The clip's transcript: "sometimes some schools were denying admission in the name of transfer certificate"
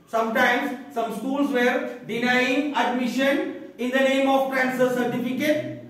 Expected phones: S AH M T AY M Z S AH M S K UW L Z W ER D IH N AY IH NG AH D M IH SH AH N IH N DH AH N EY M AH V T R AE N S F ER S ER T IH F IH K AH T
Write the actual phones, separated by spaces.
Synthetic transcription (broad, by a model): S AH M T AY M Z S AH M S K UW L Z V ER D IH N AY IH NG AH D M IH SH AH N IH N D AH N EY M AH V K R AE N S ER S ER T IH F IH K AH T